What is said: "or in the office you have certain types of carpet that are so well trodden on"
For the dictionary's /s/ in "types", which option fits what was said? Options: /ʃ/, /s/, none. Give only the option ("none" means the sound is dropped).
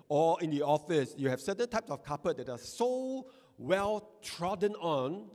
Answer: /s/